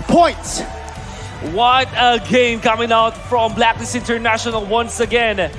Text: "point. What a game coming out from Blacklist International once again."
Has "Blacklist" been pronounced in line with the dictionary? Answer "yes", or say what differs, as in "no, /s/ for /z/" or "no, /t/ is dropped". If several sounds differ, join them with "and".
no, /n/ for /l/ and /t/ is dropped